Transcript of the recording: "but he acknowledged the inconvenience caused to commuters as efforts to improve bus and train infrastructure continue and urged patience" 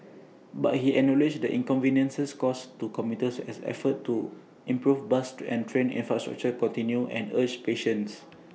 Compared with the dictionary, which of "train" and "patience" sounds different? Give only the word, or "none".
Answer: none